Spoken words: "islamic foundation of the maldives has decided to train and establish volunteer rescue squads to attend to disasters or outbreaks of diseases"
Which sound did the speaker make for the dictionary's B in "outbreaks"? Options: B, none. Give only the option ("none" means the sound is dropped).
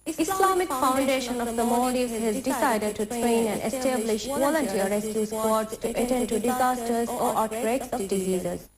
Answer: none